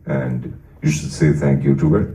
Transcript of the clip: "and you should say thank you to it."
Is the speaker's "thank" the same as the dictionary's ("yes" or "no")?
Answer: yes